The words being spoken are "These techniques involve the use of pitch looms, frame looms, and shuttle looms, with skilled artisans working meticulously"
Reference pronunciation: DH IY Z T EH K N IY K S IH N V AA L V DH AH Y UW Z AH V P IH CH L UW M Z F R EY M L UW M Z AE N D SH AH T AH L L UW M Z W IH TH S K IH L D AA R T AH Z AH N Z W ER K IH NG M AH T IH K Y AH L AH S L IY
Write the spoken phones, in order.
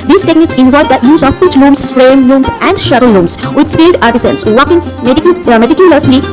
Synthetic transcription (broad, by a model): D IY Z T EH K N IY K S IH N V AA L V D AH Y UW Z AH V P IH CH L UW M S F R EY M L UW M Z AE N D SH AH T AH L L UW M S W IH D S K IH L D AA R T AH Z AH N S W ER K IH NG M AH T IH K Y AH L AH S L IY